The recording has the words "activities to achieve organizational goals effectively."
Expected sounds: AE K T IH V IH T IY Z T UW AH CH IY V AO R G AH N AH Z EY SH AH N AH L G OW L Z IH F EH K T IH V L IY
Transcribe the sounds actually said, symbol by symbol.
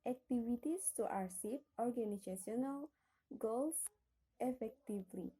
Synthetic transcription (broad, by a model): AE K T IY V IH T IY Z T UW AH S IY P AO R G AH N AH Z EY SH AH N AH L G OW L S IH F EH K T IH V L IY